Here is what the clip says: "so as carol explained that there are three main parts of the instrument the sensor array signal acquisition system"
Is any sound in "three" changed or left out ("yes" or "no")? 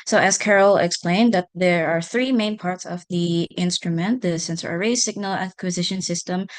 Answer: no